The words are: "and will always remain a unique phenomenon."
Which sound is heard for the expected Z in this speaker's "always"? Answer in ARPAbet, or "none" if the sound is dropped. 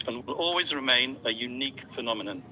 Z